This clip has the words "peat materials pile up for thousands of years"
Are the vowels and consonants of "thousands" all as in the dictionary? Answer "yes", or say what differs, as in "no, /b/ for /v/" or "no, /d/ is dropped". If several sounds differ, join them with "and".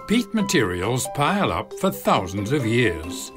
yes